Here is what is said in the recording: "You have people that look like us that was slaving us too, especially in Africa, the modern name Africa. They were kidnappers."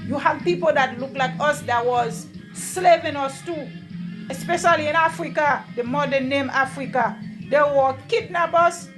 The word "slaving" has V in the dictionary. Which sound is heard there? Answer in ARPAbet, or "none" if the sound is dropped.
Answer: P